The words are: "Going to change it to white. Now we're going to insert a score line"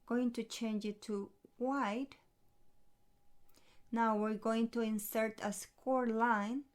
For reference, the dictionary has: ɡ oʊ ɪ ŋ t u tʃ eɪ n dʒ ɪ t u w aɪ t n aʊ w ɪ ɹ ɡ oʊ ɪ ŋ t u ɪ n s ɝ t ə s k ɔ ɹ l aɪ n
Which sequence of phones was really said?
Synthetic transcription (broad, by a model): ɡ oʊ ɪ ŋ t u tʃ eɪ n dʒ ɪ t u w aɪ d n aʊ w ɪ ɹ ɡ oʊ ɪ ŋ t u ɪ n s ɝ t ə s k ɔ ɹ l aɪ n